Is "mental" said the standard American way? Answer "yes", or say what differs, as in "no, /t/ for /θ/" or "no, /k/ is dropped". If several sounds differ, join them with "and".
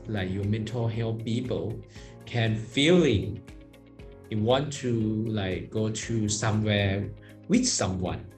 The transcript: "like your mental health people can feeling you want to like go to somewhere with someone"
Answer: yes